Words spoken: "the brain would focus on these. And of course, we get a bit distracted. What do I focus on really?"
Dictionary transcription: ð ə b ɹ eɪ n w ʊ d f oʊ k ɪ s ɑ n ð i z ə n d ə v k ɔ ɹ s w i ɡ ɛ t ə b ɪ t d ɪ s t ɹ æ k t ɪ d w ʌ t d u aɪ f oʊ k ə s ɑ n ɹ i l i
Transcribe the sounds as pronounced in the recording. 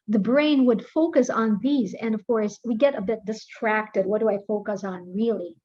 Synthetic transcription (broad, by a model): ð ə b ɹ eɪ n w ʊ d f oʊ k ɪ s n ð i z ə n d ə v k ɔ ɹ s w i ɡ ɛ t ə b ɪ t d ɪ s t ɹ æ k t ɪ d w ʌ t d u aɪ f oʊ k ə s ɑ n ɹ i l i